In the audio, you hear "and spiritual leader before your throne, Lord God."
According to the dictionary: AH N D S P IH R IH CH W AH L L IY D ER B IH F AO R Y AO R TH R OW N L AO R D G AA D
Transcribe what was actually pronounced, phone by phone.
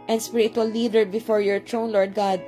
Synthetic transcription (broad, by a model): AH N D S P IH R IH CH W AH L L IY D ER B IH F AO R Y AO R T R OW N L AO R D G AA D